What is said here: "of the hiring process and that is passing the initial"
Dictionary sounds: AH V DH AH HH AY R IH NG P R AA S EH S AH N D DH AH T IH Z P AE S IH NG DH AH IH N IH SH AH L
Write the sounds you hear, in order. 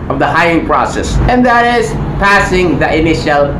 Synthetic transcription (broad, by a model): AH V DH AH HH AY IH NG P R AA S EH S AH N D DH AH T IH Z P AE S IH NG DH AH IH N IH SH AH L